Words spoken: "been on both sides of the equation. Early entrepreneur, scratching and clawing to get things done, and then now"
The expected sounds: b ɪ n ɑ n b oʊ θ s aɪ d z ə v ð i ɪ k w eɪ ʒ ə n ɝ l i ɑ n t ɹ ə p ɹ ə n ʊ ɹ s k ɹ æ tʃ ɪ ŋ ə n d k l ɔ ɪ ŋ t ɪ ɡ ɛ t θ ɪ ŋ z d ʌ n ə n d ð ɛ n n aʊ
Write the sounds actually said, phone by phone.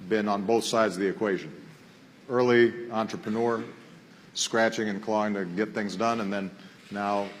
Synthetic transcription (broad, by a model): b ɪ n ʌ n b oʊ θ s aɪ d z ə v ð i ɪ k w eɪ ʒ ə n ɝ l i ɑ n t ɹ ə p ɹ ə n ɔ ɹ s k ɹ æ tʃ ɪ ŋ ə n k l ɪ ɪ ŋ t ɪ ɡ ɛ t θ ɪ ŋ z d ʌ n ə n ð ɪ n n aʊ